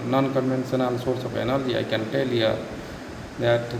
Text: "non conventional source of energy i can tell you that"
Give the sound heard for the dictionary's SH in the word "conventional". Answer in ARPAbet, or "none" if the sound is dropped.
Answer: S